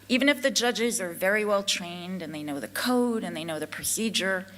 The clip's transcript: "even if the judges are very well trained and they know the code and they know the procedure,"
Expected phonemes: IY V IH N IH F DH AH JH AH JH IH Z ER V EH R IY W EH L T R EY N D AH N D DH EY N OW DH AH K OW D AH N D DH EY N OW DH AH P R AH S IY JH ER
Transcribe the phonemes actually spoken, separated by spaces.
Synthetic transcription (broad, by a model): IY V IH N IH F DH AH JH AH JH IH Z ER V EH R IY W EH L T R EY N D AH N DH EY N OW DH AH K OW D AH N DH EY N OW DH AH P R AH S IY JH ER